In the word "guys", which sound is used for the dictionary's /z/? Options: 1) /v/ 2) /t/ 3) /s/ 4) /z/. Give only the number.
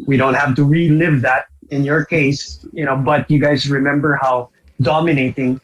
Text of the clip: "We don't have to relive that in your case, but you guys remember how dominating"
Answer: 4